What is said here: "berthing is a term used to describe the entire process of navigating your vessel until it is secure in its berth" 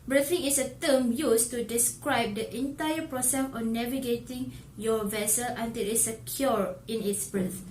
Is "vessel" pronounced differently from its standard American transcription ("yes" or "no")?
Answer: no